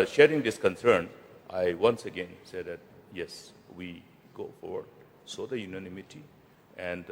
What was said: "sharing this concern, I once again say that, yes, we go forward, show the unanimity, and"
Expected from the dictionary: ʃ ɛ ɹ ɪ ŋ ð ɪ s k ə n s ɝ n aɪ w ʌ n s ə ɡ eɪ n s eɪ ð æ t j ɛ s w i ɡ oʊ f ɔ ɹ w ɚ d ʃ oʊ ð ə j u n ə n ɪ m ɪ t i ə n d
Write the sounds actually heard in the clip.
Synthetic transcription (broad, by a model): ʃ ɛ ɹ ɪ ŋ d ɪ s k ə n s ɝ n aɪ w ʌ n s ə ɡ eɪ n s eɪ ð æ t j ɛ s w i ɡ oʊ f ɔ ɹ w ɚ d s oʊ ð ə j u n ə n ɪ m ɪ t i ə n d